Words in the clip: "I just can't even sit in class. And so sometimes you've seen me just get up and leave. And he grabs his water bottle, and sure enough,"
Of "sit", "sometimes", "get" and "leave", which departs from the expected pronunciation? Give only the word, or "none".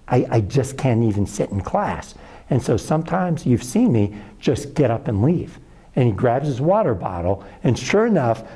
none